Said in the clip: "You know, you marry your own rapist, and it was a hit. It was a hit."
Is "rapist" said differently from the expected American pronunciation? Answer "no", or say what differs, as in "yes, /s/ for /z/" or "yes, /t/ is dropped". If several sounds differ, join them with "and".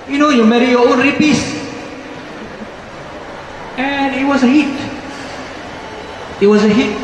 yes, /t/ is dropped